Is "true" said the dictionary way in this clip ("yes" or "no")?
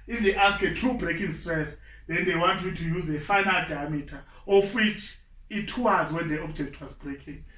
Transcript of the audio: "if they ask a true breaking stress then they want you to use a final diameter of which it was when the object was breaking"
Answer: yes